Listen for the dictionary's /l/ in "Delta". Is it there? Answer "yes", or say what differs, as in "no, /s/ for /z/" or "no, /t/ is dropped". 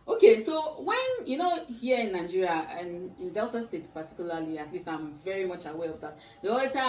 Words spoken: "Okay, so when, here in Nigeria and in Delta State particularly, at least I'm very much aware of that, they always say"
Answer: yes